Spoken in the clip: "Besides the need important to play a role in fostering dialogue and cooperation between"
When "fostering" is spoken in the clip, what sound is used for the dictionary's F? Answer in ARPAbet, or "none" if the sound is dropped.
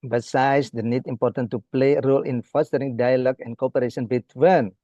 F